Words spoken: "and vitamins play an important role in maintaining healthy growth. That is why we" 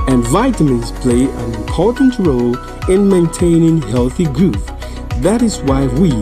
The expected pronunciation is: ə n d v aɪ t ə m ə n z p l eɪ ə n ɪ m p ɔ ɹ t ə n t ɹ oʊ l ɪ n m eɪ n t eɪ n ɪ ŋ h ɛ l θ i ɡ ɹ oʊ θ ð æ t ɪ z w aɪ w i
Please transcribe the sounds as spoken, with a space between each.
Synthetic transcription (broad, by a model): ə n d v aɪ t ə m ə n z p l eɪ ə n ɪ m p ɔ ɹ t n t ɹ oʊ l ɪ n m eɪ n t eɪ n ɪ ŋ h ɛ l θ i ɡ ɹ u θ ð æ t ɪ z w aɪ w i